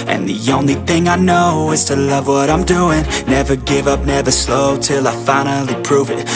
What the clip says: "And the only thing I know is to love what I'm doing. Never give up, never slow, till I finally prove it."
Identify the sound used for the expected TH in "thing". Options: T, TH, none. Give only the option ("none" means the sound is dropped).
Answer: TH